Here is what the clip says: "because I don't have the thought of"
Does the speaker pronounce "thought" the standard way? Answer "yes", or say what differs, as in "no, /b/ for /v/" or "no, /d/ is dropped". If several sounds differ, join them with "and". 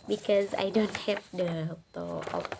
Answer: no, /t/ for /θ/